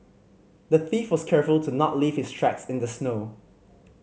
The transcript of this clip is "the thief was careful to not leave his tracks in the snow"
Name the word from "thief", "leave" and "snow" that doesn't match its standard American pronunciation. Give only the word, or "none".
none